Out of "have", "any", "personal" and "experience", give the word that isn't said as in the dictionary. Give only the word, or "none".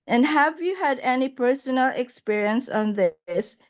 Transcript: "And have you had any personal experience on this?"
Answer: none